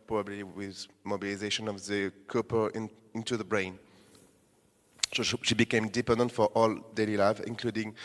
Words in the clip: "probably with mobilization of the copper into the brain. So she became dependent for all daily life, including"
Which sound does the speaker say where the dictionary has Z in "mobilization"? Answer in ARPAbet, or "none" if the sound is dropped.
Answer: Z